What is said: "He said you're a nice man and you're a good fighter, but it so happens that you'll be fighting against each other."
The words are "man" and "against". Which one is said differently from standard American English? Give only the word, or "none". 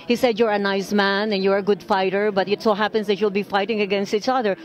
none